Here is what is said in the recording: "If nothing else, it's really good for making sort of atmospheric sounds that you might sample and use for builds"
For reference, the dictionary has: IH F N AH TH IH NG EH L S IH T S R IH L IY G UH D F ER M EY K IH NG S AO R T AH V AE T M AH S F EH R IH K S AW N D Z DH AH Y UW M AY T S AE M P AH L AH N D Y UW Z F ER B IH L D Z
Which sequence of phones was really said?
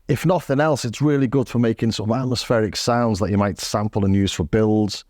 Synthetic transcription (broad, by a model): IH F N AH TH IH NG EH L S IH T S R IH L IY G UH D F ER M EY K IH NG S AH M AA T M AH S F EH R IH K S AW N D Z DH AH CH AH M AY T S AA M P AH L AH N Y UW Z F ER B IH L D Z